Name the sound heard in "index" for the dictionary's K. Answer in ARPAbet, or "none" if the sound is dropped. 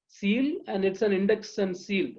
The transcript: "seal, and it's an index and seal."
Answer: K